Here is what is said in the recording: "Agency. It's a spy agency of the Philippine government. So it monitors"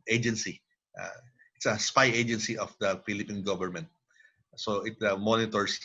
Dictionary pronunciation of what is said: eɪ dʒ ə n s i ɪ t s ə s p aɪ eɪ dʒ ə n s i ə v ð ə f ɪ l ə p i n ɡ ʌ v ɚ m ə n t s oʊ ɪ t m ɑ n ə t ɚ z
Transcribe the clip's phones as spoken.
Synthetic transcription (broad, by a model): eɪ dʒ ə n s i ɪ t s ə s p aɪ eɪ dʒ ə n s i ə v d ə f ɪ l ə p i n ɡ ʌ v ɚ m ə n t s oʊ ɪ t m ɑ n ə t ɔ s